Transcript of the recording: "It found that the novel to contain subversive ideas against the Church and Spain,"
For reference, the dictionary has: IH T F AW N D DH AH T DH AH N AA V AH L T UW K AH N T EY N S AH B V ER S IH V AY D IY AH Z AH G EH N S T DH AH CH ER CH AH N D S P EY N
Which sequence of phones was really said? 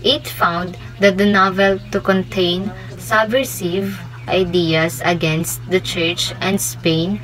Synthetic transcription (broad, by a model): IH T F AW N D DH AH T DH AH N AA V AH L T UW K AH N T EY N S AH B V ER S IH V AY D IY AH S AH G EH N S T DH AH CH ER CH AH N D S P EY N